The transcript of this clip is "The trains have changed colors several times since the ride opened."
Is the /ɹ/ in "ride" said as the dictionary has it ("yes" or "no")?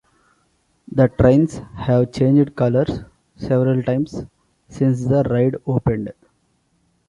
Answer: yes